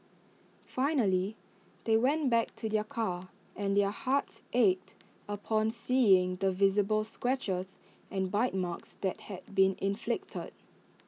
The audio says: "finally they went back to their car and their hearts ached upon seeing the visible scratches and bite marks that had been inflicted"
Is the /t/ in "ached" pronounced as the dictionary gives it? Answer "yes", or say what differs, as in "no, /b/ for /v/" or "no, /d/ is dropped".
yes